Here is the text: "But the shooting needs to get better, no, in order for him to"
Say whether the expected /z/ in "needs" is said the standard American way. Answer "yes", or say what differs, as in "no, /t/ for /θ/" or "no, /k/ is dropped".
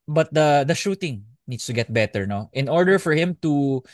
no, /s/ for /z/